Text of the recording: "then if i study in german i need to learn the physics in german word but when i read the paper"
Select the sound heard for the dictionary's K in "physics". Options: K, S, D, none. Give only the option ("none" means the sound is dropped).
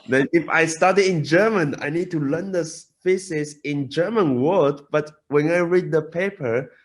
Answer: none